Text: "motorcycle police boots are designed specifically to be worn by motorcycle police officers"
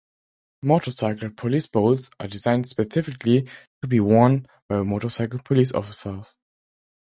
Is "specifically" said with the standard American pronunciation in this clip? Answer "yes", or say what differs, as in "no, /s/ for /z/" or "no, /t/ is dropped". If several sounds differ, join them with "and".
yes